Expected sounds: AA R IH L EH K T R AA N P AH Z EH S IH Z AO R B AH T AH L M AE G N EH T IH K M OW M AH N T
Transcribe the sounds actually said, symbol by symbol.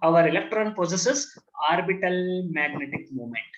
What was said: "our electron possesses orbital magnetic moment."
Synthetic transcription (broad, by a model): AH R IH L EH K T R AA N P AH S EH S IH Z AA R B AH T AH L M AE G N EH T IH K M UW M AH N T